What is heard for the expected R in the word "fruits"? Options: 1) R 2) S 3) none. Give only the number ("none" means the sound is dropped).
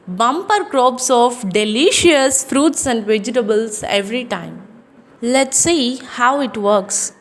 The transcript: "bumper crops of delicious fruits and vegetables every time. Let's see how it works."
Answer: 1